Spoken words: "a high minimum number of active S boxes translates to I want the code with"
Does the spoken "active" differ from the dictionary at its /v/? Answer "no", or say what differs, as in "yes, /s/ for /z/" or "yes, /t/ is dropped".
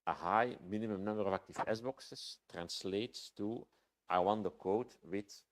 yes, /f/ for /v/